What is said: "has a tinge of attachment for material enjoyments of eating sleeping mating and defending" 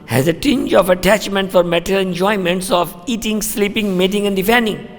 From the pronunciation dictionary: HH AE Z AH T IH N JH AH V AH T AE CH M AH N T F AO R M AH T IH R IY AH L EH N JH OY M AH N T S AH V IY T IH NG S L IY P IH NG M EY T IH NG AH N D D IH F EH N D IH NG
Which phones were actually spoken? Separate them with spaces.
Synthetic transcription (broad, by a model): HH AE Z AH T IH N JH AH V AH T AE CH M AH N T F AO R M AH T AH L EH N JH OY M AH N T S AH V IY T IH NG S L IY P IH NG M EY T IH NG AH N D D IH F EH N D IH NG